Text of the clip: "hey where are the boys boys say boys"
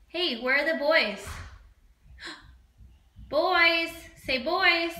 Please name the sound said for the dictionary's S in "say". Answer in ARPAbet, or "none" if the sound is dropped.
S